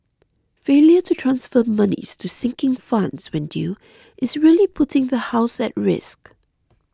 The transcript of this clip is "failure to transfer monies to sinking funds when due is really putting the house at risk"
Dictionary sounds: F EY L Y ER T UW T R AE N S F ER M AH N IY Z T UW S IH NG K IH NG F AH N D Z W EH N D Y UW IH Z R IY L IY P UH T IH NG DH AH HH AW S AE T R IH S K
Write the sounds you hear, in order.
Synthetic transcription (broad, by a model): F EY L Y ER T UW T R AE N S F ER M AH N IY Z T UW S IH NG K IH NG F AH N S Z W EH N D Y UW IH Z R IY L IY P UH T IH NG DH AH HH AW S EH T R IH S K